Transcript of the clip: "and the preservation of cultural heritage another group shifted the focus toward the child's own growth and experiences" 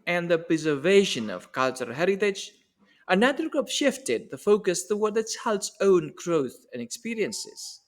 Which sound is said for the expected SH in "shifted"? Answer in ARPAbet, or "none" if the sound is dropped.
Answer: SH